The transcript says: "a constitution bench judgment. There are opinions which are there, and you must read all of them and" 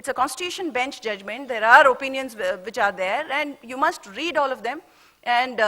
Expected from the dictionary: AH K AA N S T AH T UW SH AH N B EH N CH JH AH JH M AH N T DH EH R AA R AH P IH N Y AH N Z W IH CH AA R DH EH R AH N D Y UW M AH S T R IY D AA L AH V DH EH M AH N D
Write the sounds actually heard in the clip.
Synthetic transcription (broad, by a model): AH K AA N S T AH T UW SH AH N B EH N CH JH AH JH M AH N T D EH R AA R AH P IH N Y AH N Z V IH CH AA R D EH R AH N D Y UW M AH S T R IY D AA L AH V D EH M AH N D